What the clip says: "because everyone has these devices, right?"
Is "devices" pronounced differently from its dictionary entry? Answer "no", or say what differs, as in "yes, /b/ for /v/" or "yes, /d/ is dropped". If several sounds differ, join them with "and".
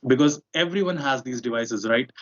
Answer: no